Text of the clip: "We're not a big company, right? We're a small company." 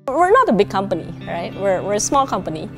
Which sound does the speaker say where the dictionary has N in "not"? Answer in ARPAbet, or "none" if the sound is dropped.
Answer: N